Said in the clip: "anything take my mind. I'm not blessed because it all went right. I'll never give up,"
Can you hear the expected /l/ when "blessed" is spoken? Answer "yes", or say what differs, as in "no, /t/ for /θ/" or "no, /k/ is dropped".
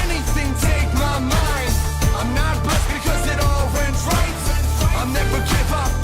no, /l/ is dropped